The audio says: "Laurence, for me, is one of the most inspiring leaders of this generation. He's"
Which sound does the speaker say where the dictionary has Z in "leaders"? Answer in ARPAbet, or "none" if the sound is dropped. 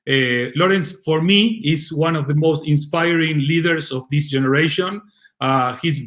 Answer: S